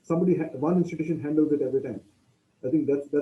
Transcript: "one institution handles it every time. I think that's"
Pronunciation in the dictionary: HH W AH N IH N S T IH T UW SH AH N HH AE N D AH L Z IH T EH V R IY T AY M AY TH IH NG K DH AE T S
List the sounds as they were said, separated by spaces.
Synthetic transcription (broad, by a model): HH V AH N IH N S T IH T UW SH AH N HH AE N D AH L Z IH T EH V R IY T AY M AY T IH NG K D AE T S